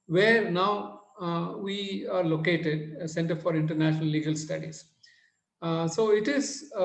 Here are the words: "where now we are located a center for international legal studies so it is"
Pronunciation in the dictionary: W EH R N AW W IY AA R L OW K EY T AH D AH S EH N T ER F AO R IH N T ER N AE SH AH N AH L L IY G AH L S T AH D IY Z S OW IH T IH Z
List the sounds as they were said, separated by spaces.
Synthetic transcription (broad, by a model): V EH R N AW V IY AA R L OW K EY T AH D S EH N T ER F AO R IH N T ER N AE SH AH N AH L L IY G AH L S T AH D IY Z S OW IH T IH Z